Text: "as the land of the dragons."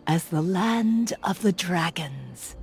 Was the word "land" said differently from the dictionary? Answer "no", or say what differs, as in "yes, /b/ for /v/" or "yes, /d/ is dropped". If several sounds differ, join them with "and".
no